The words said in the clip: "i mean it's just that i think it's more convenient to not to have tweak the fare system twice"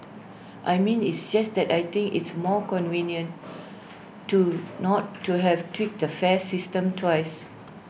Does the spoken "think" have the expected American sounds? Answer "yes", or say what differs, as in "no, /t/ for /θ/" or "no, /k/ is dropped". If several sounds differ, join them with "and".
no, /t/ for /θ/